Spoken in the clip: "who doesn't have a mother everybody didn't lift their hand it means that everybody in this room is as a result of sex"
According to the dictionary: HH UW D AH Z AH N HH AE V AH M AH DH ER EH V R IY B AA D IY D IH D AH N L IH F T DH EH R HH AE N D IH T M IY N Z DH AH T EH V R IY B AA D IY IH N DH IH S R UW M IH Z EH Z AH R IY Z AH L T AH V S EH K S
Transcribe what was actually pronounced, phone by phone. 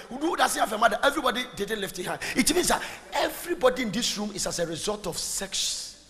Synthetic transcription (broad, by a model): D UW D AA S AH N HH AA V AH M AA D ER EH V R IY B AA D IY D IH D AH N L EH F T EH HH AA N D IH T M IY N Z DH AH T EH V R IY B AA D IY IH N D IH S R UW M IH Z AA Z AH R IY Z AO L T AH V S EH K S